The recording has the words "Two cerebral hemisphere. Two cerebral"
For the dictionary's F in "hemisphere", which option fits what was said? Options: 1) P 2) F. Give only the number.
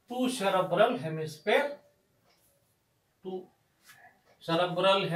1